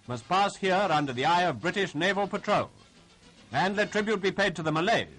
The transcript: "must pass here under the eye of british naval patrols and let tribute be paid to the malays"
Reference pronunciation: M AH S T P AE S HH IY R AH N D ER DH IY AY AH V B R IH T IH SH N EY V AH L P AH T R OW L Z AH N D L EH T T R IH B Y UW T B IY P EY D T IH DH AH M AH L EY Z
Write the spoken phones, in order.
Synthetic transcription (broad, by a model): M AH S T P AE S HH IY R AH N D ER DH IY AY AH V B R IH T IH SH N EY V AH L P AH T R OW L Z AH N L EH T T R IH B Y UW T B IY P EY D T IH DH AH M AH L EY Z